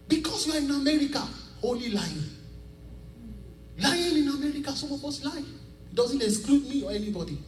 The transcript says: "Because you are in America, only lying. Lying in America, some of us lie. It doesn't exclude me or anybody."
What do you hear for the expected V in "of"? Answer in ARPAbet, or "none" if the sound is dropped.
B